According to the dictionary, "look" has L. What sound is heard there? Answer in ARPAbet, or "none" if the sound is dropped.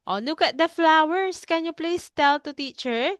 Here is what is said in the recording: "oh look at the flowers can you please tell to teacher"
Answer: N